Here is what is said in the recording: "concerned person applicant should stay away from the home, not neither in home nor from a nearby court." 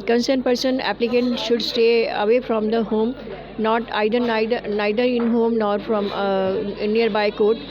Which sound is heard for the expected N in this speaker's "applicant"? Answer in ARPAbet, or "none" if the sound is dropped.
N